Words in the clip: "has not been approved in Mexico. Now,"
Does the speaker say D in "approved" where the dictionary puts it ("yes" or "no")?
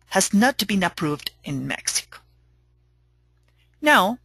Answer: yes